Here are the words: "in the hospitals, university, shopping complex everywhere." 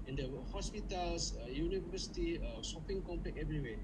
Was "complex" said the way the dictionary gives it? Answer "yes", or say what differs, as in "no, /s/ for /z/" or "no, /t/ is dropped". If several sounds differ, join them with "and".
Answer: no, /s/ is dropped